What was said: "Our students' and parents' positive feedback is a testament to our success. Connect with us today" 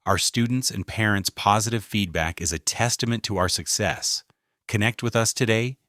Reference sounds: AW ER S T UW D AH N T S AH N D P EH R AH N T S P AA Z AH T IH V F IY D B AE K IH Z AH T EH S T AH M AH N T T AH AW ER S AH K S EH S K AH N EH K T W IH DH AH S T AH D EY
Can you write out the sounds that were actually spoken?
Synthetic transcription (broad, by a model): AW ER S T UW D N T S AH N P EH R AH N T S P AA Z AH T IH V F IY D B AE K IH Z AH T EH S T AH M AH N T T AH AW ER S AH K S EH S K AH N EH K T W IH DH AH S T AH D EY